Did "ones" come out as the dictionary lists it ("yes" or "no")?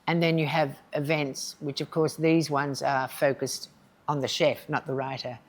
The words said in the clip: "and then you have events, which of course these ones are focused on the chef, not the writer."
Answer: yes